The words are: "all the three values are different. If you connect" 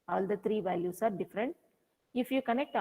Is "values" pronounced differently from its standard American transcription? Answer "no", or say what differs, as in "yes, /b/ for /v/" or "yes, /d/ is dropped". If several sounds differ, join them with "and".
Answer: yes, /s/ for /z/